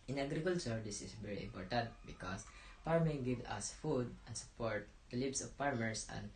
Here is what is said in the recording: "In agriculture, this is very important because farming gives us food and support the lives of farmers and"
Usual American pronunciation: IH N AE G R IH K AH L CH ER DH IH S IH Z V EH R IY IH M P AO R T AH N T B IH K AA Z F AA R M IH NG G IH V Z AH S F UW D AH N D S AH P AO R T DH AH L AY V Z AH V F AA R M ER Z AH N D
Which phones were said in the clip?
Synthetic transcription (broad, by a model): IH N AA G R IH K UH L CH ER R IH S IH S V EH R IY IH M P AO R T AH N T B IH K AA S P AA R M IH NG G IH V AH S F UW D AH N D S AH P AO R T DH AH L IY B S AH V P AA R M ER S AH N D